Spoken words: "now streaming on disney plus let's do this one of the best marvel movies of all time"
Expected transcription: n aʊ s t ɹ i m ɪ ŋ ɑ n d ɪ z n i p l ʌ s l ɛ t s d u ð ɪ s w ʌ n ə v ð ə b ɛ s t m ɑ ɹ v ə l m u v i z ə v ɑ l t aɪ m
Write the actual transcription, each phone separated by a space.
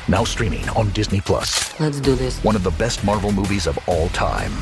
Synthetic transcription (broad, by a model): n aʊ s t ɹ i m ɪ ŋ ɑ n d ɪ z n i p l ʌ s l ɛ t s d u ð ɪ s w ʌ n ə v ð ə b ɛ s t m ɑ ɹ v l m u v i z ə v ɑ l t aɪ m